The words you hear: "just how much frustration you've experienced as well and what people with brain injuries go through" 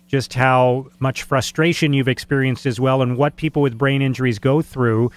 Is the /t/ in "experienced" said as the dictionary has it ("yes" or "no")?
yes